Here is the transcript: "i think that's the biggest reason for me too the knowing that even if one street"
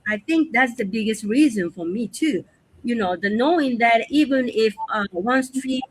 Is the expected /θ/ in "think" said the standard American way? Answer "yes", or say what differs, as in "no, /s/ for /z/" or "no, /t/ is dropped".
yes